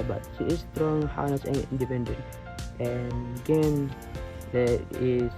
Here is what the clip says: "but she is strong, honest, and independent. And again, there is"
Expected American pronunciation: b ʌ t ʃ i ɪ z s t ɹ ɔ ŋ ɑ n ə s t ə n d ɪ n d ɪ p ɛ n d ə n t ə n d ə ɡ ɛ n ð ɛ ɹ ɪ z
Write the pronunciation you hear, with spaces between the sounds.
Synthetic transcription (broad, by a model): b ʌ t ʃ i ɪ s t ɹ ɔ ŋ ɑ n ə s ə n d ɪ n d ɪ p ɛ n d ə n t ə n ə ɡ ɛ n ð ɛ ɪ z